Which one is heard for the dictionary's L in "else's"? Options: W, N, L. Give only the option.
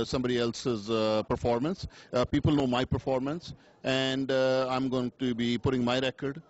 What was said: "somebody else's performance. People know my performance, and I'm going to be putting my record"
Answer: L